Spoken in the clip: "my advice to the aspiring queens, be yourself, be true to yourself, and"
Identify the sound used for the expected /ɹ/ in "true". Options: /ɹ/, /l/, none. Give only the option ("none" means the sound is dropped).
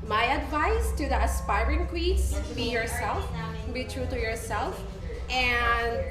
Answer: /ɹ/